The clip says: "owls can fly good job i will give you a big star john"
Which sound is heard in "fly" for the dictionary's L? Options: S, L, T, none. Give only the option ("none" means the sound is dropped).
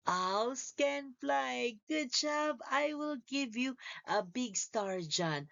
L